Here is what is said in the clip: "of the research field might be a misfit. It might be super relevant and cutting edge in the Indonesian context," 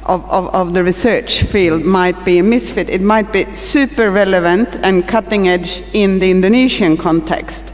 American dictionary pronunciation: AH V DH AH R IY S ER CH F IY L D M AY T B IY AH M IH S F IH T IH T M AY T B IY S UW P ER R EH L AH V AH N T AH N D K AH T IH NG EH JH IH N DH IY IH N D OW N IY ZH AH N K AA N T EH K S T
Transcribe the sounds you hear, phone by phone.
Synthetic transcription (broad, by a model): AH V DH AH R IY S ER CH F IY L D M AY T B IY AH M IH S F IH T IH T M AY T B IY S UW P ER R EH L AH V AH N T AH N K AH T IH NG EH JH IH N DH IY IH N D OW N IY SH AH N K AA N T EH K S T